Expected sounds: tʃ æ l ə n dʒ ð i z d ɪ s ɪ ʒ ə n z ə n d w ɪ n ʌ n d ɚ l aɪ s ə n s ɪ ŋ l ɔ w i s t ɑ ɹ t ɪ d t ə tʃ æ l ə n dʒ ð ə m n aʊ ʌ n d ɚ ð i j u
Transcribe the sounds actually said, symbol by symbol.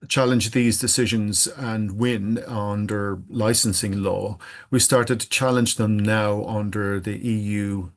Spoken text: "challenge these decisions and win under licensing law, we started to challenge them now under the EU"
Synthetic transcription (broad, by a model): tʃ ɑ l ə n dʒ ð i z d ɪ s ɪ ʒ ə n z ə n w ɪ n ʌ n d ɚ l aɪ s ə n s ɪ ŋ l ɔ w i s t ɑ ɹ t ɪ d t ə tʃ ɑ l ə n dʒ ð ə m n aʊ ʌ n d ɚ ð i j u